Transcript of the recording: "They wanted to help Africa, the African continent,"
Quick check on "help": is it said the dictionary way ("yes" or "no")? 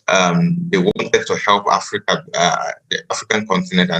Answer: yes